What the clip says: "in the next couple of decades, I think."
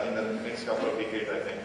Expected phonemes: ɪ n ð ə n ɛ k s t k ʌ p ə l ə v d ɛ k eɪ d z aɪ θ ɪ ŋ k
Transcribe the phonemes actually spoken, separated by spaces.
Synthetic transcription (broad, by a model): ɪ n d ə n ɛ k s t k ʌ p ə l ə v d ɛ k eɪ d aɪ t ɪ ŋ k